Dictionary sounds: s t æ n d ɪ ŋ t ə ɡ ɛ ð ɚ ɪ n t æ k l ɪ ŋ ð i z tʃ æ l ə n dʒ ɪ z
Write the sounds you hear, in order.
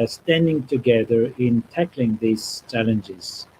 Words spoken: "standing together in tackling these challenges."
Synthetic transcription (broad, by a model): s t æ n d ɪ ŋ t ə ɡ ɛ ð ɚ ɪ n t æ k l ɪ ŋ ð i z tʃ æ l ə n dʒ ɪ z